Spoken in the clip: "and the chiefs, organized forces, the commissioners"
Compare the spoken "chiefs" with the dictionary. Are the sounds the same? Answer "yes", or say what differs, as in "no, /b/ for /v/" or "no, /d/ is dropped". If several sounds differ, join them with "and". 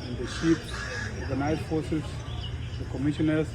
no, /ʃ/ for /tʃ/